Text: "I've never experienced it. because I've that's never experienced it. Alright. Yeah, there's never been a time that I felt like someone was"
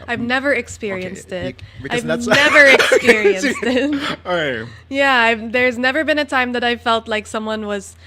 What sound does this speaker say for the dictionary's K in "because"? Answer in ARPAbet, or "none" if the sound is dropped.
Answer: none